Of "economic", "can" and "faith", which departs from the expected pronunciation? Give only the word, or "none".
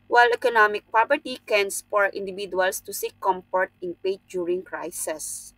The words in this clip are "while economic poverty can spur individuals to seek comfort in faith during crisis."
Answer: faith